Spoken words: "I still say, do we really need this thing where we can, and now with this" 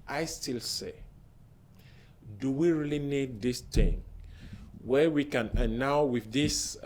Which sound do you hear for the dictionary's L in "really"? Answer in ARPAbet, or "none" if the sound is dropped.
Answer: L